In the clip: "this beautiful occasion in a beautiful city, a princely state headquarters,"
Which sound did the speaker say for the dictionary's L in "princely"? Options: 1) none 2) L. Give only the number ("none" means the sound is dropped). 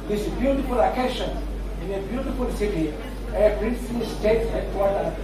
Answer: 1